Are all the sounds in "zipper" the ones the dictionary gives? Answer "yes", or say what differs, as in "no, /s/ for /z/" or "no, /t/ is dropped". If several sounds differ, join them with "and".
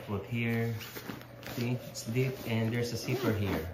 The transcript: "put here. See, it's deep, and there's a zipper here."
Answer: no, /s/ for /z/